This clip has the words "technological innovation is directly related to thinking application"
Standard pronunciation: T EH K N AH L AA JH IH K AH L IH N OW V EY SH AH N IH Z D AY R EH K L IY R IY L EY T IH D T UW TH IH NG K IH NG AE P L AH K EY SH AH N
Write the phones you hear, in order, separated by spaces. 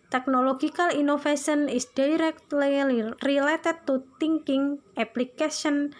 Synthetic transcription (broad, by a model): T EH K N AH L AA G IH K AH L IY N OW F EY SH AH N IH S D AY R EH K L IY R IY L EY T IH D T UW T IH NG K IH NG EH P L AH K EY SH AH N